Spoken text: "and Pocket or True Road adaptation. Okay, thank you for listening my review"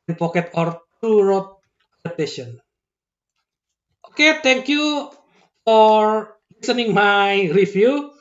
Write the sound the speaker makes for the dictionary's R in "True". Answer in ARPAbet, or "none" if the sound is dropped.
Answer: none